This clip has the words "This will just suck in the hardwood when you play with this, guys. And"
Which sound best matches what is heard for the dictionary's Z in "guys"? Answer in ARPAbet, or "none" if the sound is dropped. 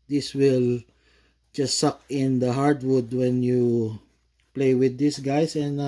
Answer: S